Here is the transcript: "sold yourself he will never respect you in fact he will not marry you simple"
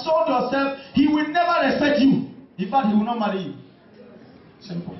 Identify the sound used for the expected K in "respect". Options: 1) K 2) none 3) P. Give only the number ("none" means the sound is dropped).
2